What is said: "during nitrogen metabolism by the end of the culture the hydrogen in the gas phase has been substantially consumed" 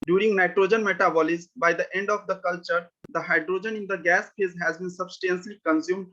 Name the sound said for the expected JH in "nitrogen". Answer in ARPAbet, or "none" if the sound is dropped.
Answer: JH